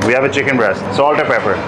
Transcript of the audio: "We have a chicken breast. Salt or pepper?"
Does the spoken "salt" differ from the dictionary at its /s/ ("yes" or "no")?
no